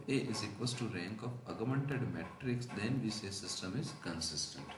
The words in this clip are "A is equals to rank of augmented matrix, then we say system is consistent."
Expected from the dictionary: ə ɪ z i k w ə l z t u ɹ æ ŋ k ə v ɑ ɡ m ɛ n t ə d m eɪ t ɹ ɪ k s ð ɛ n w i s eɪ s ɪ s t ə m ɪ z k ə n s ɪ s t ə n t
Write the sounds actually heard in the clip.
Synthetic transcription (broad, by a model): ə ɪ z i k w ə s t t u ɹ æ ŋ k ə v ɑ ɡ m ɛ n t ə d m eɪ t ɹ ɪ k s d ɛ n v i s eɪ s ɪ s t ə m ɪ z k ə n s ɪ s t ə n t